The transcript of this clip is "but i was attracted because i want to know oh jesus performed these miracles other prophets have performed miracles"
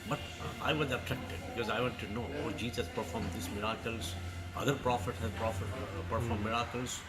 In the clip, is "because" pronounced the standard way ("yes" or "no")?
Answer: yes